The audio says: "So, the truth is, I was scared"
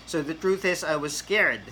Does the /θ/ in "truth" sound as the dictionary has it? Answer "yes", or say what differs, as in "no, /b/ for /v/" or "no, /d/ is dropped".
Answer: yes